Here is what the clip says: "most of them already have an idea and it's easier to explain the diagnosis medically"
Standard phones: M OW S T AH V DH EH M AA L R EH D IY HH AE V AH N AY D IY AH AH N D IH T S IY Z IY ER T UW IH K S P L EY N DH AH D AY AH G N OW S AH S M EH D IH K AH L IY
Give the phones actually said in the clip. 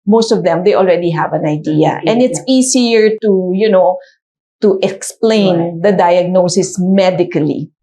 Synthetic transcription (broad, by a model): M OW S T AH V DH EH M AA L R EH D IY HH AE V AH N AY D IY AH AH N D IH T S IY S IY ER T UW IH K S P L EY N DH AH D AY AH G N OW S AH S M EH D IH K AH L IY